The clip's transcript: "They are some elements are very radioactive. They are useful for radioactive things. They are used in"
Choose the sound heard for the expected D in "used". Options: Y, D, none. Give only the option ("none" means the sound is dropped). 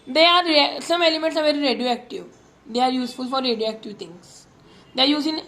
none